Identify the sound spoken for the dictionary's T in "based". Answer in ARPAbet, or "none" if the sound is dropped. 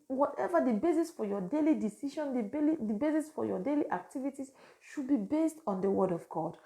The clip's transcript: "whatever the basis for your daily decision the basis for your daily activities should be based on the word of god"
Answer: T